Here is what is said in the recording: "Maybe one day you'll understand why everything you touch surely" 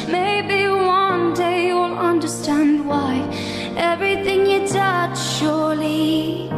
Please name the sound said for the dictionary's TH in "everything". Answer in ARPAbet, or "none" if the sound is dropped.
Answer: TH